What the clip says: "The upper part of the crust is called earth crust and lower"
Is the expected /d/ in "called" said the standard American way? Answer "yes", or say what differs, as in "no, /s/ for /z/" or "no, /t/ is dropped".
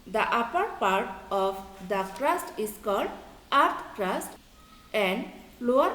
yes